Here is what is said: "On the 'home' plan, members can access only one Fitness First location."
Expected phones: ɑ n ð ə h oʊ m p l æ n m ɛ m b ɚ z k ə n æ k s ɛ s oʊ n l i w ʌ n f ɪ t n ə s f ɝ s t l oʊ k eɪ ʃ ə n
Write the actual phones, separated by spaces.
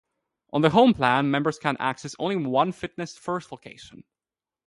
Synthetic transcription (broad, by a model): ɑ n ð ə h oʊ m p l æ n m ɛ m b ɚ z k ə n æ k s ɛ s oʊ n l i w ʌ n f ɪ t n ə s f ɝ s t l oʊ k eɪ ʃ ə n